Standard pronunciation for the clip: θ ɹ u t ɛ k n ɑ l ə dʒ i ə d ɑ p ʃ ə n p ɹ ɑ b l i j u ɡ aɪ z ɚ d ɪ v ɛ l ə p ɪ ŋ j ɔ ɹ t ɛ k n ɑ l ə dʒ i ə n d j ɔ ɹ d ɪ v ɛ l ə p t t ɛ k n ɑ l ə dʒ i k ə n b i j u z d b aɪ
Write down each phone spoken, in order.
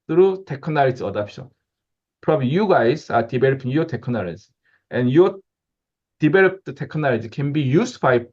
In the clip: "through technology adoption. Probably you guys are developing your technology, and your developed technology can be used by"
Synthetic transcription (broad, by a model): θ ɹ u t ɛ k n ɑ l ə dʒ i ə d ɑ p ʃ ə n p ɹ ɑ b l i j u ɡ aɪ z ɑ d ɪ b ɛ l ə p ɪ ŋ j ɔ t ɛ k n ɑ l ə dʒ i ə n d j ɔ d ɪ b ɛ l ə p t t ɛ k n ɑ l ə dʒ i k ə n b i j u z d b aɪ